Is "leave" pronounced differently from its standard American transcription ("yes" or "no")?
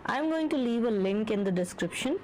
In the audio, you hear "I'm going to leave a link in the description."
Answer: no